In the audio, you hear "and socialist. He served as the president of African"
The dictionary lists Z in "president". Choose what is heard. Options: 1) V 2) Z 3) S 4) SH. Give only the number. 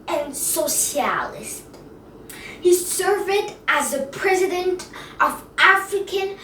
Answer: 2